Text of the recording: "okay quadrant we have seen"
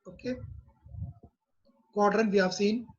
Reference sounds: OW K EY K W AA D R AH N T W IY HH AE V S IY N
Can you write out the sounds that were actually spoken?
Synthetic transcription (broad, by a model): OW K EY K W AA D R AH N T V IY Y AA F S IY N